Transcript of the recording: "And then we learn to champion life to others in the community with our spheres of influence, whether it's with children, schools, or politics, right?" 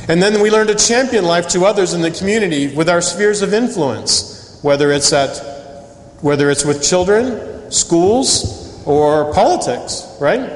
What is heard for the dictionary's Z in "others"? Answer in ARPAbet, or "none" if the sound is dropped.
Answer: Z